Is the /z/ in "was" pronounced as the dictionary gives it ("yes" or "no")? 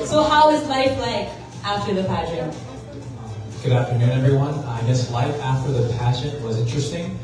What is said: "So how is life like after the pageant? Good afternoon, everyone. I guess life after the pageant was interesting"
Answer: yes